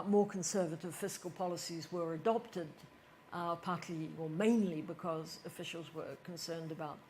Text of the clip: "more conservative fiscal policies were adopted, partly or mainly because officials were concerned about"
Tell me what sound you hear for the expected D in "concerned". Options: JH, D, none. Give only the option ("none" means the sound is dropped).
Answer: D